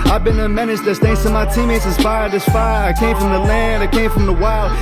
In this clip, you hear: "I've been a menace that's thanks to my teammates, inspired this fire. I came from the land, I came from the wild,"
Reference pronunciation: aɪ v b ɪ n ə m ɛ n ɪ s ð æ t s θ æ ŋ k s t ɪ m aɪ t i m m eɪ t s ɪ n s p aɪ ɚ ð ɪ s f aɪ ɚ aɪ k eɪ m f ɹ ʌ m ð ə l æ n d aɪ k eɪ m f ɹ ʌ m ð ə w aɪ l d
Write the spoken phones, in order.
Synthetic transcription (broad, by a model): aɪ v b ɪ n ə m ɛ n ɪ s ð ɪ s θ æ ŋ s t ɪ m aɪ t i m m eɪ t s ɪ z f aɪ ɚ ð ɪ s f aɪ ɚ aɪ k eɪ m f ɹ ʌ m ð ə l æ n d aɪ k eɪ m f ɹ ʌ m ð ə w aɪ l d